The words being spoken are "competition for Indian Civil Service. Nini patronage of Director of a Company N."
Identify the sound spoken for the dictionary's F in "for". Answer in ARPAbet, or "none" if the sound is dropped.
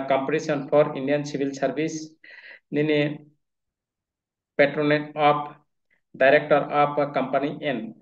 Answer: P